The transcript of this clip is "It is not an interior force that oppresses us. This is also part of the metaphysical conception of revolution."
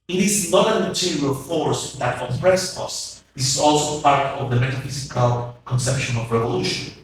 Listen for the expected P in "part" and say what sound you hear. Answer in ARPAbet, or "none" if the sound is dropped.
F